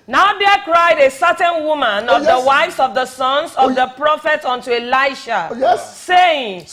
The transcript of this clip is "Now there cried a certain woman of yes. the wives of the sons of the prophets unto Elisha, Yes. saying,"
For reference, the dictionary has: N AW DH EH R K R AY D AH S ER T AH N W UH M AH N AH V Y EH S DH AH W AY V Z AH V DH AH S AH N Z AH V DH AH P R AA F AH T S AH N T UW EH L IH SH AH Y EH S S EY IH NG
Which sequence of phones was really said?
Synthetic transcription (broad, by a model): N AW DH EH K R AY D AH S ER T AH N W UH M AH N AH V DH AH W AY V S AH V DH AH S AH N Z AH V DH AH P R AA F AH T AH N T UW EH L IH AH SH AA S S EY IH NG